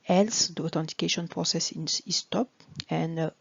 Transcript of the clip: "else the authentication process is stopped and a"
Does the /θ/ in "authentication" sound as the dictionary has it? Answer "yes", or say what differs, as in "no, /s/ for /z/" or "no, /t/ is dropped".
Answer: no, /t/ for /θ/